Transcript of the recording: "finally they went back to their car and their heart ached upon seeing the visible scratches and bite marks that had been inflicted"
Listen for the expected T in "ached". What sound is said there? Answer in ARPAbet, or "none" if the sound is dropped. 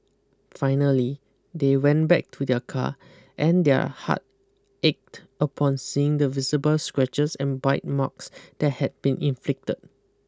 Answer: T